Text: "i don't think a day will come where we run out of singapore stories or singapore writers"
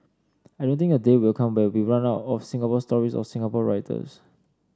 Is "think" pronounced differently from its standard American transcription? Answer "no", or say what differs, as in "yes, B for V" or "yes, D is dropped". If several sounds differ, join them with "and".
yes, T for TH and K is dropped